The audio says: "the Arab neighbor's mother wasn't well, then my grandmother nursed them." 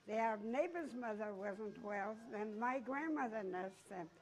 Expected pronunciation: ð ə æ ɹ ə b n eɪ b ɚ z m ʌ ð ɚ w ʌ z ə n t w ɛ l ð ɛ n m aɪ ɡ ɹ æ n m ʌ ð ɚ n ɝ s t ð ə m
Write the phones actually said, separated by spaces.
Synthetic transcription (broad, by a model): ð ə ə n eɪ b ɚ z m ʌ ð ɚ w ʌ z ə n t w ɛ l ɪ n m aɪ ɡ ɹ æ n m ʌ ð ɚ n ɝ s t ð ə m